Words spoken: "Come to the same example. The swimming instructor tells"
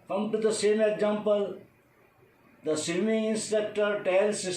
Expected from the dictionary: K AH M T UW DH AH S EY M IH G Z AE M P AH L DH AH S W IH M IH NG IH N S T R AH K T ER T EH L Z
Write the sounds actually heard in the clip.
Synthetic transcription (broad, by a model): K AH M T UW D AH S EY M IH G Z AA M P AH L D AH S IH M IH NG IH N S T EH K T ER T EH L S